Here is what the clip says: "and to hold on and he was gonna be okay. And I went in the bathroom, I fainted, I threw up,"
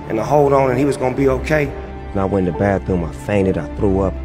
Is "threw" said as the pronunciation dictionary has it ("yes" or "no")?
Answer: yes